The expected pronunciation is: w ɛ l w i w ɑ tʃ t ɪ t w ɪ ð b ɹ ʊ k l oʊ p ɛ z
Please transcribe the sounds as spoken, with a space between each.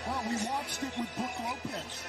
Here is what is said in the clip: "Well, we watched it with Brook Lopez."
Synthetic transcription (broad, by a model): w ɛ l w i w ɑ tʃ t ɪ t w ɪ ð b ʊ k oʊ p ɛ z